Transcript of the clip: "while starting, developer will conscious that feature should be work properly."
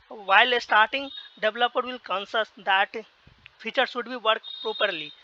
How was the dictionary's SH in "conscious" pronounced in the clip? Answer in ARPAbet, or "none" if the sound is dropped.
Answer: S